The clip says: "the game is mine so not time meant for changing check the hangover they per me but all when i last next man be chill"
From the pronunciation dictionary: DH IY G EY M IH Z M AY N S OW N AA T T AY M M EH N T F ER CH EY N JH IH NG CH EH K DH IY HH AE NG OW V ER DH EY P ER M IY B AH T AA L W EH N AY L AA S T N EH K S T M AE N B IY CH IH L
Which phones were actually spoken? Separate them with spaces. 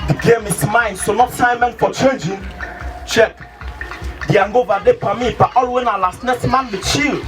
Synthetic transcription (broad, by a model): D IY G EY M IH S M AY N S OW N AA T S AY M M EH N T F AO CH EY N JH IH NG CH EH K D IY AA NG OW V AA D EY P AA M IY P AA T AA L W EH N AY L AA S T N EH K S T M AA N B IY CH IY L